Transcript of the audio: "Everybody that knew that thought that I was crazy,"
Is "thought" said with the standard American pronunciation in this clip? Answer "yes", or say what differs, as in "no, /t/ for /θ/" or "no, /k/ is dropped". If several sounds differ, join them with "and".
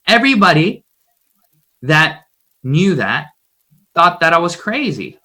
yes